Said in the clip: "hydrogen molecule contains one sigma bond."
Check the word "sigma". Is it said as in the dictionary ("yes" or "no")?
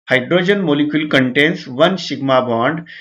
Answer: no